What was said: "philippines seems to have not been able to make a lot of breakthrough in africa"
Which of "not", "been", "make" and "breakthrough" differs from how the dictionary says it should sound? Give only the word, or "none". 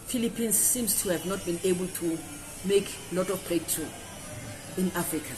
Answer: breakthrough